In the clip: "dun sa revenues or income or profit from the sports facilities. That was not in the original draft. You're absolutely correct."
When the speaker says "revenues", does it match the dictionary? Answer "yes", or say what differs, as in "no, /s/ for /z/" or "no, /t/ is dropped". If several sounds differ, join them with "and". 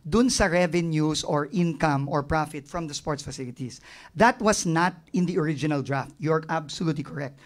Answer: no, /s/ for /z/